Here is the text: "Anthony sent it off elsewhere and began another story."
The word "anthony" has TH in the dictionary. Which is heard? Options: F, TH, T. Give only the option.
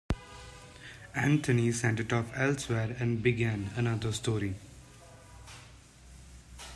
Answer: T